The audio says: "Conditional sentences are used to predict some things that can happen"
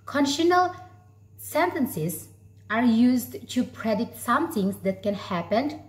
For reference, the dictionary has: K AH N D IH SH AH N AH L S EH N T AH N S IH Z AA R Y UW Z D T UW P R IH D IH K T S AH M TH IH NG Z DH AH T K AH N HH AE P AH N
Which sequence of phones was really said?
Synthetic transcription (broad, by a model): K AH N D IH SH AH N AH L S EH N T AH N S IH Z AA R Y UW Z D T UW P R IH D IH T S AH M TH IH NG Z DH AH T K AH N HH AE P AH N